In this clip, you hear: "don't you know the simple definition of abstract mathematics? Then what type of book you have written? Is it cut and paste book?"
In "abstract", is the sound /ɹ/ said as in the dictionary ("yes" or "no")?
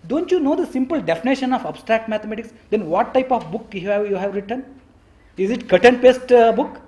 yes